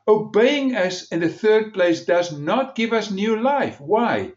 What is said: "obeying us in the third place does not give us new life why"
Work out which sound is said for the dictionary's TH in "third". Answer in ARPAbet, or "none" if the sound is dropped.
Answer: TH